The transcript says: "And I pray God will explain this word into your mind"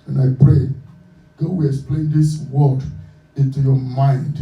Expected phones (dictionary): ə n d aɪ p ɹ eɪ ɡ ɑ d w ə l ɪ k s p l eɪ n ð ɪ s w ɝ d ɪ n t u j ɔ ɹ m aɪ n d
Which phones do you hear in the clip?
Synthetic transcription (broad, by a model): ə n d aɪ p ɹ eɪ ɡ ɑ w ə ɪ s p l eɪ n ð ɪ s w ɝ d ɪ n t u j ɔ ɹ m aɪ n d